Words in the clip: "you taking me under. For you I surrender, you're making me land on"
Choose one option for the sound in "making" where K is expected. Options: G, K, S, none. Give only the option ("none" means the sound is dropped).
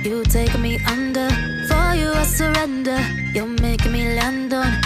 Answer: none